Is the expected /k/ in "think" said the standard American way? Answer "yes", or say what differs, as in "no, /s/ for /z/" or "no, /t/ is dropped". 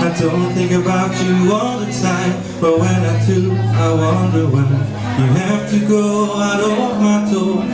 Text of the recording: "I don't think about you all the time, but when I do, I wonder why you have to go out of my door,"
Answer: no, /k/ is dropped